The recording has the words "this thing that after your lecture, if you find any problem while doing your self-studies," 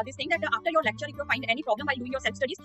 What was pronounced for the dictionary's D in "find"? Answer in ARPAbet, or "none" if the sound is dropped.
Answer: D